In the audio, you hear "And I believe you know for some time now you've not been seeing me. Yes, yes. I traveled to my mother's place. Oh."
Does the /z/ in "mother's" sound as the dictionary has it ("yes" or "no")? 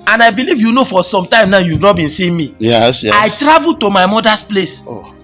no